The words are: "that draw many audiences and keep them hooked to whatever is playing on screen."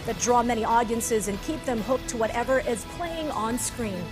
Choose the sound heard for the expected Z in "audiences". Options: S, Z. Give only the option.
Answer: Z